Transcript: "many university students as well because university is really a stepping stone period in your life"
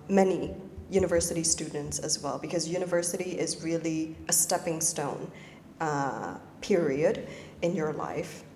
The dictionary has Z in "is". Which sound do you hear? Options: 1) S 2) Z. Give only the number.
2